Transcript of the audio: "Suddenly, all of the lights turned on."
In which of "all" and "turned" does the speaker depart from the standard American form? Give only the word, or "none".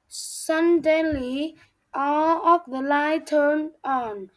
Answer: none